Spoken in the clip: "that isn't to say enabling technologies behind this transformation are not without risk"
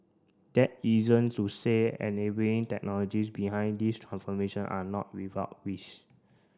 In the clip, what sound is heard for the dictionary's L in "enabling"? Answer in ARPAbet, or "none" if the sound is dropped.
none